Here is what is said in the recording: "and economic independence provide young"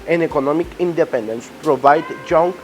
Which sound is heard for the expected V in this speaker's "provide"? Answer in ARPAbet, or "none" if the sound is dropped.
V